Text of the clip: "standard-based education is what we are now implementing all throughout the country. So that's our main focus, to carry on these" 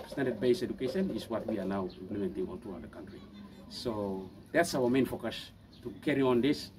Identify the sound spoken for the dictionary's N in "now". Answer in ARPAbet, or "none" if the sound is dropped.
L